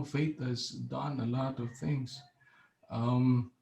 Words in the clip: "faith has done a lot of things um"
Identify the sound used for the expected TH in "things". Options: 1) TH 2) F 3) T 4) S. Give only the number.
1